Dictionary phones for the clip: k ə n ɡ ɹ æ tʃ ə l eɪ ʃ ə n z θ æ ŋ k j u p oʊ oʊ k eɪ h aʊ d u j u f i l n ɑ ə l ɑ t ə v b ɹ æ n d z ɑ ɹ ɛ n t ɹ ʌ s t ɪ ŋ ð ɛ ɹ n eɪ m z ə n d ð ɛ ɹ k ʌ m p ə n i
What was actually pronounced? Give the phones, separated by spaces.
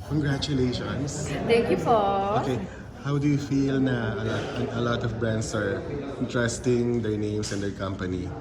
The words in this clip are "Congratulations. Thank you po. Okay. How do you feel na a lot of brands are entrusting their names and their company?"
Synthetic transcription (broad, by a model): k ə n ɡ ɹ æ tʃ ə l eɪ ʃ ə n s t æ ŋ k j u f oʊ oʊ k eɪ h aʊ d u j u f i l n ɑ ə l ɑ t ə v b ɹ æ n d s ɑ ɹ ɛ n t ɹ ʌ s t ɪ ŋ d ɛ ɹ n eɪ m s ə n d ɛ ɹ k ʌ m p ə n i